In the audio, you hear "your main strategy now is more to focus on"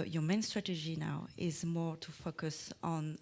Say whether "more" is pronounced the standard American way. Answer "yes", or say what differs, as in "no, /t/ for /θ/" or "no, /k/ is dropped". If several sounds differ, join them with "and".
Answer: yes